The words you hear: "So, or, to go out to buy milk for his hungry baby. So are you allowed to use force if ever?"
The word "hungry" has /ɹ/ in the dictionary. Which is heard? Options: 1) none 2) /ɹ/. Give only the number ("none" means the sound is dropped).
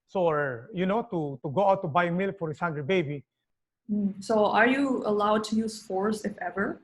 1